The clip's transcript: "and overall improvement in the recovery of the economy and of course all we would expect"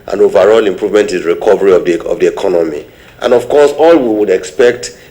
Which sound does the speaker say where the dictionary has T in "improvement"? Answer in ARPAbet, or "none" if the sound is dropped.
T